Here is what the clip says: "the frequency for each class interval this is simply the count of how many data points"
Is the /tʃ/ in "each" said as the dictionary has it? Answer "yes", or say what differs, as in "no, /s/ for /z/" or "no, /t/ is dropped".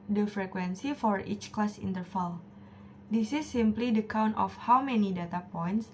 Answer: yes